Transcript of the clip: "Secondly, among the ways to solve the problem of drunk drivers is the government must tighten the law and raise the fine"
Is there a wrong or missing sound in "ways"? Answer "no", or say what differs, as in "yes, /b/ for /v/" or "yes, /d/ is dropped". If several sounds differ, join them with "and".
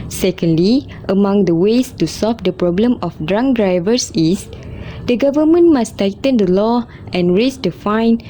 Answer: yes, /s/ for /z/